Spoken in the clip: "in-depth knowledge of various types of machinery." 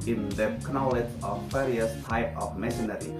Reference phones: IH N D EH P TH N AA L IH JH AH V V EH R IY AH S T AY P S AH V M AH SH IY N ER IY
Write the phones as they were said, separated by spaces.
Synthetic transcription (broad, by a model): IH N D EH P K N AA L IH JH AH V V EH R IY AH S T AY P AH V M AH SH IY N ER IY